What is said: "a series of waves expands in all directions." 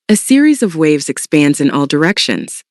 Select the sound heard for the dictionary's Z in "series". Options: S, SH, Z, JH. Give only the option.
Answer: Z